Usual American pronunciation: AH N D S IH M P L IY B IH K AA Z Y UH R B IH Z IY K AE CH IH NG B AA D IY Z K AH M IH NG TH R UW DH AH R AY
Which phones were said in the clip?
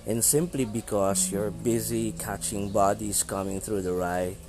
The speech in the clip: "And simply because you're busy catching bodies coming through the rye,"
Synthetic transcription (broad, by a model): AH N S IH M P L IY B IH K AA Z Y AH R B IH Z IY K AE CH IH NG B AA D IY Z K AH M IH NG TH R UW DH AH R AY